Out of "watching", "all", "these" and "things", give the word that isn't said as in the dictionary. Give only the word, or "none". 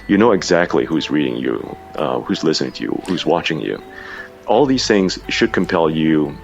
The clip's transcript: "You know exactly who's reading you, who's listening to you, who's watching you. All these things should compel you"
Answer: none